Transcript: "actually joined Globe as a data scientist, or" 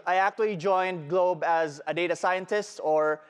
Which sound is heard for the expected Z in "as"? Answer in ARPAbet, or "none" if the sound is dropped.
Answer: Z